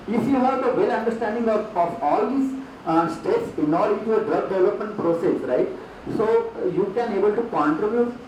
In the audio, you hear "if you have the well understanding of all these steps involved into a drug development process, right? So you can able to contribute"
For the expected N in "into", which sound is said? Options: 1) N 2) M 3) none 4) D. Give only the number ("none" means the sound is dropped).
3